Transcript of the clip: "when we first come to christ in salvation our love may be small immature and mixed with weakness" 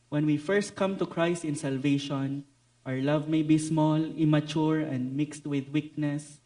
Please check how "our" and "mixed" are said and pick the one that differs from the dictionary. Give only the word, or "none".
none